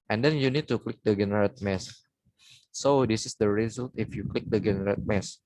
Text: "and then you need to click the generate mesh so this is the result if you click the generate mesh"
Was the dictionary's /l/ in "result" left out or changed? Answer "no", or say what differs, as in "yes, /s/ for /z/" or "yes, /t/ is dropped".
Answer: no